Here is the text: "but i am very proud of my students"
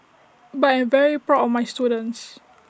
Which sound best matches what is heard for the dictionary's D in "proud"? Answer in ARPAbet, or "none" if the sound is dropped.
none